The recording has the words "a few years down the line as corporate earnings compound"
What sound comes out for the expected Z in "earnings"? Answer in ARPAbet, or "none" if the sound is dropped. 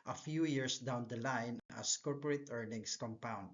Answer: S